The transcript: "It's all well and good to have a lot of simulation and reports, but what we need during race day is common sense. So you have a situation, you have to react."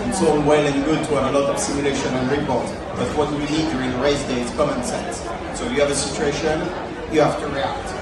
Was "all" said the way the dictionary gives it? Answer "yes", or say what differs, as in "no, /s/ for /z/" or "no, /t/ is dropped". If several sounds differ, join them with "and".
no, /n/ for /l/